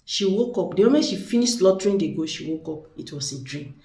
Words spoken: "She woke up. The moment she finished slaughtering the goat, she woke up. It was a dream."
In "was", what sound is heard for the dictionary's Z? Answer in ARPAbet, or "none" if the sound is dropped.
S